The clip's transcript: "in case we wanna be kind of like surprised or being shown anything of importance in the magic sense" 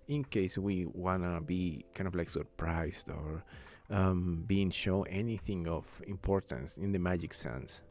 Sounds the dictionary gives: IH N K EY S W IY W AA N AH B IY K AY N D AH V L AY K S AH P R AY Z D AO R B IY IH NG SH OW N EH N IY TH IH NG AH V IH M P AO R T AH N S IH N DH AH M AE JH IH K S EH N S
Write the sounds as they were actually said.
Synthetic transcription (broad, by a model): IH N K EY S W IY W AA N AH B IY K AY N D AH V L AY K S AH P R AY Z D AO R B IY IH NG SH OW EH N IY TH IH NG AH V IH M P AO R T AH N S IH N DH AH M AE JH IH K S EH N S